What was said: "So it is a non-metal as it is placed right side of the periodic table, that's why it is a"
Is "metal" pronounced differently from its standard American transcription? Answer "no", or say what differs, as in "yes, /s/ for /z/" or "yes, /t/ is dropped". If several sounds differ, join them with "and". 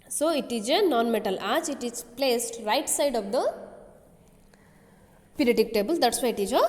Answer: no